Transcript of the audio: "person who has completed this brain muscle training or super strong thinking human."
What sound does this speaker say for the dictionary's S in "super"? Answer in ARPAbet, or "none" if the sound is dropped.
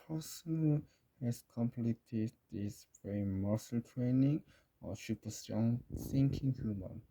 SH